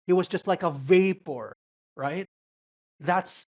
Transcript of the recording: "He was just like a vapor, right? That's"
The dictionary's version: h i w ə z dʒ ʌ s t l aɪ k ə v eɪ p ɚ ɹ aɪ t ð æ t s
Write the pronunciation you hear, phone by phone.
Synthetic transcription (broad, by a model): h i w ə z dʒ ʌ s t l aɪ k ə v eɪ p ɚ ɹ aɪ t ð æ t s